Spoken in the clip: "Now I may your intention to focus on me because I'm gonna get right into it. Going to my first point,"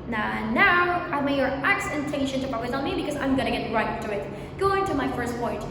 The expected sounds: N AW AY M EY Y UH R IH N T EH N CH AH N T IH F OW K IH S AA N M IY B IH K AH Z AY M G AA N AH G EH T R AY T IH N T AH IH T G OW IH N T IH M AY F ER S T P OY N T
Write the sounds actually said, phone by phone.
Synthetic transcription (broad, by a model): N AW AY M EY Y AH R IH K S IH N SH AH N T IH P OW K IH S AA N M IY B IH K AH Z AY M G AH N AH G EH T R AY T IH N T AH IH T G OW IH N T IH M AY F ER S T P OY N T